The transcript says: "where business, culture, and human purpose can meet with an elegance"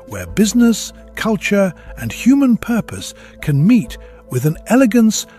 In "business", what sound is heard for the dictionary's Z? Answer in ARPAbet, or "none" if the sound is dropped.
Z